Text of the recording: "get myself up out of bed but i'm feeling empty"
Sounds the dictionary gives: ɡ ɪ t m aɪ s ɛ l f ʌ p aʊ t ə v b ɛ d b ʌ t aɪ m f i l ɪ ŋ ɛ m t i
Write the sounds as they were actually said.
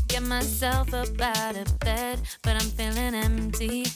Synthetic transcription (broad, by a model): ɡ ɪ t m aɪ s ɛ l f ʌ b aʊ t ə b ɛ d b ʌ t aɪ m f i l ɪ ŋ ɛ m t i